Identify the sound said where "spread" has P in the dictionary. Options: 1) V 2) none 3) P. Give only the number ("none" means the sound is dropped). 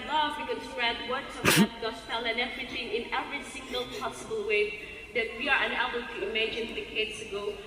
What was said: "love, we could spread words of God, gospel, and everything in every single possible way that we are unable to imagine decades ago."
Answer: 2